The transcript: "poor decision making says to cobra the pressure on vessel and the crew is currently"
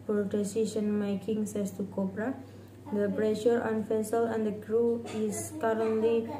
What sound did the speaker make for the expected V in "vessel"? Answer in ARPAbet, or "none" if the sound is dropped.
F